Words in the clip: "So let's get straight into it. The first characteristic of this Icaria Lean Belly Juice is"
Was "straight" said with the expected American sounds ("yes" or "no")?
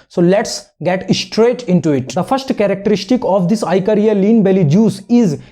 yes